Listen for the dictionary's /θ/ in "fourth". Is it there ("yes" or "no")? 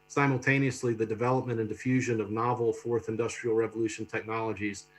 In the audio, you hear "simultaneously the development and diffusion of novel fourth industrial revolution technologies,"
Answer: yes